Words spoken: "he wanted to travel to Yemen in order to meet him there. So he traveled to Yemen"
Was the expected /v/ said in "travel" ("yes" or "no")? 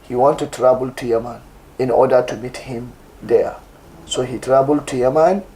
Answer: no